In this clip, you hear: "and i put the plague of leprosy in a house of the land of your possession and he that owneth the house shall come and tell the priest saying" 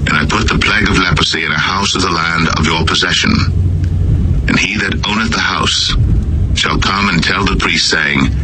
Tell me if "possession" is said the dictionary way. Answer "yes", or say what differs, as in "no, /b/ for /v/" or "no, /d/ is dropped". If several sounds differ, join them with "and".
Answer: yes